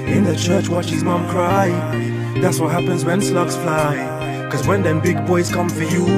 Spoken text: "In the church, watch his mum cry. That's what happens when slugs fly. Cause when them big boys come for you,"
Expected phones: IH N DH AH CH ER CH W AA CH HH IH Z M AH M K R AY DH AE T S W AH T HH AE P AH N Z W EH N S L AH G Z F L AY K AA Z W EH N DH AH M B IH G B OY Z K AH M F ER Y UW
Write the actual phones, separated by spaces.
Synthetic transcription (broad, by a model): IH N DH AH CH ER CH W AA CH HH IH Z M AH M K R AY DH AE T S W AH T HH AE P AH N Z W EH N S L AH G S F L AY K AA Z W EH N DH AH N B IH G B OY Z K AH M F ER Y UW